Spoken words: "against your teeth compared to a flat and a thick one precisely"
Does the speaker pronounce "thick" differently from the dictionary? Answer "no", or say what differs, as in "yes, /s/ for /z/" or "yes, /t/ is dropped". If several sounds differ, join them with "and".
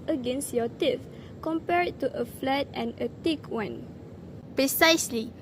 yes, /t/ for /θ/